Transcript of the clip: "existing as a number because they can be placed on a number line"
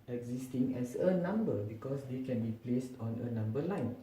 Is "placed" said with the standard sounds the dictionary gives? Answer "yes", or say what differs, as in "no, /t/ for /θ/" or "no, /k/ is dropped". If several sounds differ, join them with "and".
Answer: yes